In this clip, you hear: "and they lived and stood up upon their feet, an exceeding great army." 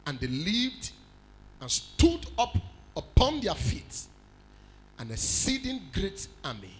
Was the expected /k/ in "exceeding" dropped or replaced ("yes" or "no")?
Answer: yes